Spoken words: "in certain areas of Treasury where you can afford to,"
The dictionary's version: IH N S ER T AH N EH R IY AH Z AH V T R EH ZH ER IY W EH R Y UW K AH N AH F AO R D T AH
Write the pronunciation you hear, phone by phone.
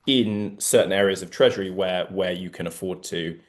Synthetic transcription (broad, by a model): IH N S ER T N EH R IY AH Z AH V T R EH ZH ER IY W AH W Y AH K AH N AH F AO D T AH